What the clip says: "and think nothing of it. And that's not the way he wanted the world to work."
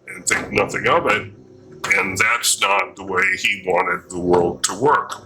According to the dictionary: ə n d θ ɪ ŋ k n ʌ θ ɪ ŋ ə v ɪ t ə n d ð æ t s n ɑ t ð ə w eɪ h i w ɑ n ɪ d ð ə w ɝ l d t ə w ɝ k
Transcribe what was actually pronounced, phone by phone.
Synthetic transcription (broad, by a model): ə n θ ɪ k n ʌ θ ɪ ŋ ə v ɪ t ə n ð æ t s n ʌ t ð ə w eɪ i w ɑ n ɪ d ð ə w ɝ l d t ə w ɝ k